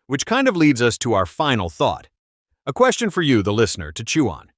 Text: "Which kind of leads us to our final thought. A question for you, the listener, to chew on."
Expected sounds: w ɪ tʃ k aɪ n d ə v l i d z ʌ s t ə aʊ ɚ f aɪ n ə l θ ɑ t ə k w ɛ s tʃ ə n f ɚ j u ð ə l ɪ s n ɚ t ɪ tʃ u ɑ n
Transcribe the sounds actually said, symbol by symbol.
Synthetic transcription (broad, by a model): w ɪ tʃ k aɪ n d ə v l i d z ʌ s t ə aʊ ɚ f aɪ n l θ ɑ t ə k w ɛ s tʃ ə n f ɚ j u ð ə l ɪ s n ɚ t ɪ tʃ u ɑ n